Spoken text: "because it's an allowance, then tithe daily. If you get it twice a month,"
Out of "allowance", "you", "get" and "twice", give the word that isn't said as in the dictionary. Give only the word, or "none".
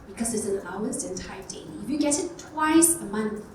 allowance